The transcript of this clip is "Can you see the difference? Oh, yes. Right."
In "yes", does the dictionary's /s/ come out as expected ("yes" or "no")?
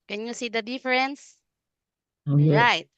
no